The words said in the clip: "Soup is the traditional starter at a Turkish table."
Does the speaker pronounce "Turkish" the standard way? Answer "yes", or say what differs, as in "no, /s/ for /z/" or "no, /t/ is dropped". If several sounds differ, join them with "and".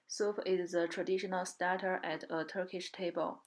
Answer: yes